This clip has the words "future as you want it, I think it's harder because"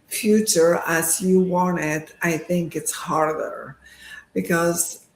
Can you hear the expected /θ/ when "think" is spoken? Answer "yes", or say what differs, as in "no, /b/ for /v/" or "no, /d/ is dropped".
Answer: yes